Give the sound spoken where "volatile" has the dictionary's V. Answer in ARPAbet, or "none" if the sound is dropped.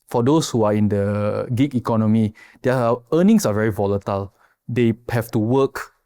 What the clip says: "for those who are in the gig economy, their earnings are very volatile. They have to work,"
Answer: V